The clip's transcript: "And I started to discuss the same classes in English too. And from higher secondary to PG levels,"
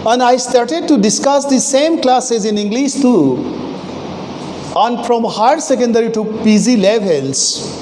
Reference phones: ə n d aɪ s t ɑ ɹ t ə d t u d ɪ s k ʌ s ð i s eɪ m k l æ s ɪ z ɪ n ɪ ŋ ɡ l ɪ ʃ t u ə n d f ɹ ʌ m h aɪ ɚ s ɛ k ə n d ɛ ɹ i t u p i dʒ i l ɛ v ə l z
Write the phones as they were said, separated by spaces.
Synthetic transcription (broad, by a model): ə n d aɪ s t ɑ ɹ t ə d t u d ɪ s k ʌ s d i s eɪ m k l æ s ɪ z ɪ n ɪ ŋ ɡ l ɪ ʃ t u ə n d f ɹ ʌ m h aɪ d s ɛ k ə n d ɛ ɹ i t u p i z i l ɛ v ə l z